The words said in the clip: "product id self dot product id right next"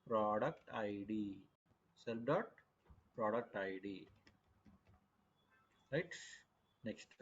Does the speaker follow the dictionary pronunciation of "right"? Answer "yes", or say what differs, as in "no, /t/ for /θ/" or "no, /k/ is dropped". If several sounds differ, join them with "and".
no, /l/ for /ɹ/